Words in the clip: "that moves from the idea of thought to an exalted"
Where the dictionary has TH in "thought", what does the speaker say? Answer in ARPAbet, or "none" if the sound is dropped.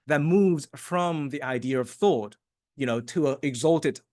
TH